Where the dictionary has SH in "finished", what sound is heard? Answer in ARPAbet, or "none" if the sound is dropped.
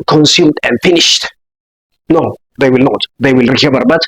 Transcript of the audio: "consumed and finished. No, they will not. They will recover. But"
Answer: SH